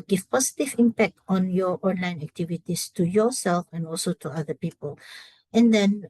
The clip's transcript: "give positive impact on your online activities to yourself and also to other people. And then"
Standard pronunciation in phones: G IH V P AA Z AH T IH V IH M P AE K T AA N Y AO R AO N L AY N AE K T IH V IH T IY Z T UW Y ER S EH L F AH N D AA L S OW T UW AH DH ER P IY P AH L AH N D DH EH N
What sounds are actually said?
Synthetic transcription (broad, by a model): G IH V P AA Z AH T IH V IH M P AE K T AA N Y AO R AO N L AY N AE K T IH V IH T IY S T UW Y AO S EH L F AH N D AA L S OW T UW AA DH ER P IY P AH L AH N D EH N